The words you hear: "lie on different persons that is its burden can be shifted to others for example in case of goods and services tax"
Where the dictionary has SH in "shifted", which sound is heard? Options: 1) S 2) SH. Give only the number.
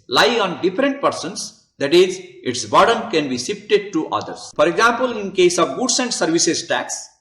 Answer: 1